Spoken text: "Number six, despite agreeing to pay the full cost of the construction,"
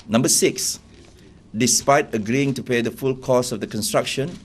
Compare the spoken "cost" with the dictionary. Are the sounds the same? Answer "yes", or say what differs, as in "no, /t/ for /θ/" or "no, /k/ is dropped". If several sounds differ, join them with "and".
no, /t/ is dropped